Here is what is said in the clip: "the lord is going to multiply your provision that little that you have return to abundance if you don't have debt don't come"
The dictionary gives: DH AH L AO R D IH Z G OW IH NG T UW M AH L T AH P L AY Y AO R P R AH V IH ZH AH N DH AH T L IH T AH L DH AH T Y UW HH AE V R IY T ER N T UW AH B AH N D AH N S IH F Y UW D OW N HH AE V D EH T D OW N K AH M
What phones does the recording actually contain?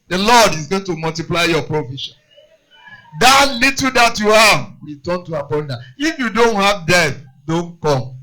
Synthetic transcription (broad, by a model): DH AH L AO D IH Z G OW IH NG T UW M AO L T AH P L AY Y AO P R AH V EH SH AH N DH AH T L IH T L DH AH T Y UW HH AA V W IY T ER N T UW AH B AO N D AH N IH F Y UW D OW N HH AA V D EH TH D OW N K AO M